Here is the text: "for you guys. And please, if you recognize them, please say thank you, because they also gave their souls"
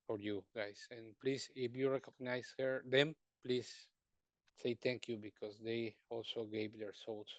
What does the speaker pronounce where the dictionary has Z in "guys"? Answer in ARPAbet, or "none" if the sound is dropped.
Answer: S